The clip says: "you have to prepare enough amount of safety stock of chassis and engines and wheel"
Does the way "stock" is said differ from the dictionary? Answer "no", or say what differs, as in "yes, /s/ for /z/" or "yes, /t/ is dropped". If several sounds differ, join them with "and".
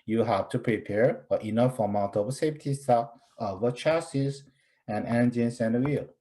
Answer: yes, /k/ is dropped